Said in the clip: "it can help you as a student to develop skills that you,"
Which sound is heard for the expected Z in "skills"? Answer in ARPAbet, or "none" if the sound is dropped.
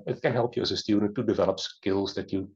Z